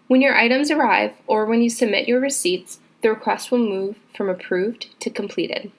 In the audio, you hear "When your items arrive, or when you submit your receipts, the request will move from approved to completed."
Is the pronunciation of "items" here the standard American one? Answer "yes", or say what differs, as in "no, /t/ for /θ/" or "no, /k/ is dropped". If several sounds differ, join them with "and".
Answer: yes